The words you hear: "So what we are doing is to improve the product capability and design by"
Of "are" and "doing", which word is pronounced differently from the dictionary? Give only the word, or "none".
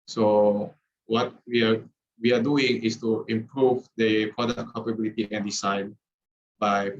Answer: are